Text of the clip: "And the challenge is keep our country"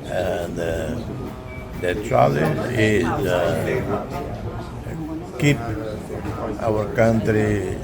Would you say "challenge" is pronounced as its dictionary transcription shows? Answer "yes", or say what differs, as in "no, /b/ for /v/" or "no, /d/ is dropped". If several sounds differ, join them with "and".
no, /n/ is dropped